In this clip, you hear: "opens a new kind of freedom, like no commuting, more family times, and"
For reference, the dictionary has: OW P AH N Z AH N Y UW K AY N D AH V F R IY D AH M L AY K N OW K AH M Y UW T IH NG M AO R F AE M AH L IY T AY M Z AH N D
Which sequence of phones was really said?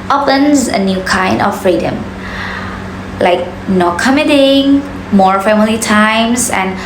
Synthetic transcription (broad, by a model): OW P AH N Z AH N Y UW K AY N D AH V F R IY D AH M L AY K N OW K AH M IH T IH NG M AO R F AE M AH L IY T AY M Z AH N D